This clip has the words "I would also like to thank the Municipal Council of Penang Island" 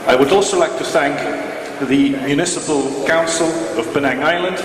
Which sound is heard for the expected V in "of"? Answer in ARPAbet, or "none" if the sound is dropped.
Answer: V